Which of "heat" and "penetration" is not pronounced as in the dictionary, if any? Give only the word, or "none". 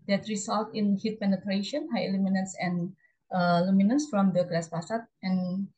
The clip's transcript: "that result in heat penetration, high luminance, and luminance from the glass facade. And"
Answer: none